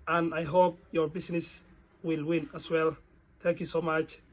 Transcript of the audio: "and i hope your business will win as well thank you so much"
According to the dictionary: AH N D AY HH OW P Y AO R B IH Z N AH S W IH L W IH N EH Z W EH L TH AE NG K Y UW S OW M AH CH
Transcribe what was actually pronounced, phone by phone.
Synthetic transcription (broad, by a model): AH N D AY HH OW P Y AO R B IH S N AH S W IH L W IH N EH S W EH L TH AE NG K Y UW S OW M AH CH